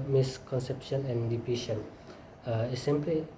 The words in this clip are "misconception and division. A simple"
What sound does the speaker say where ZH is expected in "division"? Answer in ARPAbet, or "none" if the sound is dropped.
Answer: SH